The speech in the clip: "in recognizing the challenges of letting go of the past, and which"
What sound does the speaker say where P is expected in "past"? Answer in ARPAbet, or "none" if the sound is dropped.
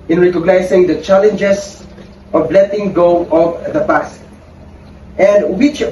B